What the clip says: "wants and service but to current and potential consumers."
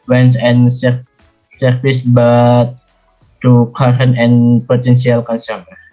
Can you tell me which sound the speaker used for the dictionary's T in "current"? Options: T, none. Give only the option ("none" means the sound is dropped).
none